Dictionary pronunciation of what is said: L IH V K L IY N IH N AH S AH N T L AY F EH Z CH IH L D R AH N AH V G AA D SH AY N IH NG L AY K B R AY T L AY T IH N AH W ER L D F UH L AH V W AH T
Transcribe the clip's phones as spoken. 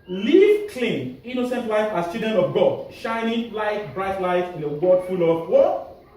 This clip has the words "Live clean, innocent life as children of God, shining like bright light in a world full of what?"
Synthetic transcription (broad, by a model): L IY K L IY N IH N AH S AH N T L AY F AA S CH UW D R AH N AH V G AA D SH AY N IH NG L AY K B R AY T L AY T IH N AH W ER D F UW L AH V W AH